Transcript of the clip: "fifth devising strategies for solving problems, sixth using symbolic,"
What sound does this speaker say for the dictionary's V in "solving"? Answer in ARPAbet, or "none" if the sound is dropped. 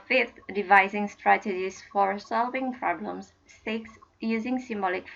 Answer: V